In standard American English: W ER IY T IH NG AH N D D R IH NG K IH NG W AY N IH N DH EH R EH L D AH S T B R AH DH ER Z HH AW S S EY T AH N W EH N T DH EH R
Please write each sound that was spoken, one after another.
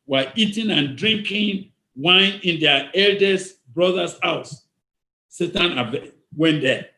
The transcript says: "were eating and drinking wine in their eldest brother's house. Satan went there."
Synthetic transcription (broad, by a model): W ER IY T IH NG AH N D D R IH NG K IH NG W AY N IH N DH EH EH L D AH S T B R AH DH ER S HH AW S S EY T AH N W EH N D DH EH